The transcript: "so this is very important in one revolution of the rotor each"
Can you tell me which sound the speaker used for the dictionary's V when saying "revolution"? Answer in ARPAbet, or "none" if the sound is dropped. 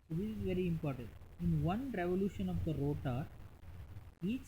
V